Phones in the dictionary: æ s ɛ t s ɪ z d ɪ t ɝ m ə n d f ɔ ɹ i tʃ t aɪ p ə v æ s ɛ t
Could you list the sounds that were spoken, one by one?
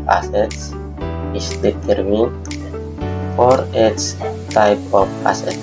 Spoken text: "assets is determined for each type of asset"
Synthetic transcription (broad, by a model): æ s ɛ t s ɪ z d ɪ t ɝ m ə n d f ɔ ɹ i s t aɪ p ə p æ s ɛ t